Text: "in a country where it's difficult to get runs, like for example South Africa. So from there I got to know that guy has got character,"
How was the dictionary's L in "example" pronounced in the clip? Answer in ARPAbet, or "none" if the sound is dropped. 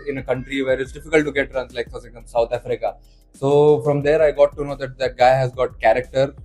N